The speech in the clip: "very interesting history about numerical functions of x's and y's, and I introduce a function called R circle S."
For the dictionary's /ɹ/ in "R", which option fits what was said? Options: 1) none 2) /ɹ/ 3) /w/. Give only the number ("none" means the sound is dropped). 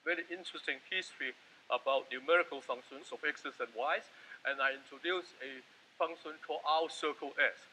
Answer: 3